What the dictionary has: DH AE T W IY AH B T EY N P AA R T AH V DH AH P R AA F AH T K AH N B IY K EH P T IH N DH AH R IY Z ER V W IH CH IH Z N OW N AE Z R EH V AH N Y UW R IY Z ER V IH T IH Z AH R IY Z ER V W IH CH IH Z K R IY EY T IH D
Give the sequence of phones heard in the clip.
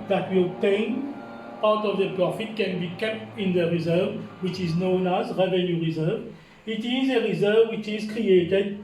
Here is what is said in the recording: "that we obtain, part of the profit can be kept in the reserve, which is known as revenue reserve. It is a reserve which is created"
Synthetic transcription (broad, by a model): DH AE T W IY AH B T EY N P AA W T AH V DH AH P R AA F AH T K AH N B IY K EH P T IH N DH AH R IY Z ER V W IH CH IH Z N OW N AE Z R EH V AH N Y UW R IY Z ER V IH T IH Z AH R IY Z ER V W IH CH IH Z K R IY EY T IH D